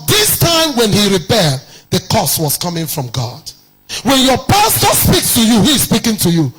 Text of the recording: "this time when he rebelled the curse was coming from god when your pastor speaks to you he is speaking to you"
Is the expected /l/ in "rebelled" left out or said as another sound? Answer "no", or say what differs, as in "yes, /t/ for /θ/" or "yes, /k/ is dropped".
yes, /l/ is dropped